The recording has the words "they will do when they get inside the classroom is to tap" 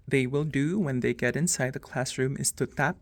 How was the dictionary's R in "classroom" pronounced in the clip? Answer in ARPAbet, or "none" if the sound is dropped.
R